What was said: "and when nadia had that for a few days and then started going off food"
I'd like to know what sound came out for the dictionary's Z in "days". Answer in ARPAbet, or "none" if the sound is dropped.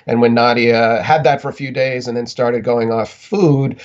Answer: Z